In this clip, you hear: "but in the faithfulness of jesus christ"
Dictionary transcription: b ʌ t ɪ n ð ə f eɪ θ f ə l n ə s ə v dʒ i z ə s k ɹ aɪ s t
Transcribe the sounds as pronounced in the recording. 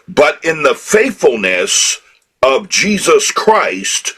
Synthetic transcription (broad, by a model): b ʌ t ɪ n ð ə f eɪ θ f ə l n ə s ə v dʒ i z ə s k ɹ aɪ s t